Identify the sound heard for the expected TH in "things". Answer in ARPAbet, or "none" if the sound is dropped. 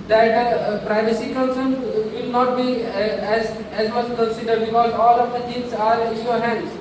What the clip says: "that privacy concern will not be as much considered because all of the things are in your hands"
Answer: T